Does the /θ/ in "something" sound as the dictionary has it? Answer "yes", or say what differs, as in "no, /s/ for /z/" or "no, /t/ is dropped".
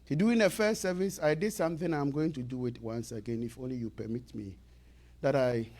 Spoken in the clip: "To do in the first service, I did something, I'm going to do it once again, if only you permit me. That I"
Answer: yes